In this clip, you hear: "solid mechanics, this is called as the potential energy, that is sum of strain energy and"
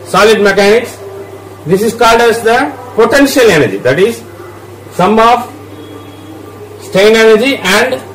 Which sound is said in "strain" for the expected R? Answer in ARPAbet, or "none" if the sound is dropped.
none